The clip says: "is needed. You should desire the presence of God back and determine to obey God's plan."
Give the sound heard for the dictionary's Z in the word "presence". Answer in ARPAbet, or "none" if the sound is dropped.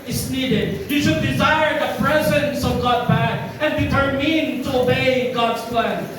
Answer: Z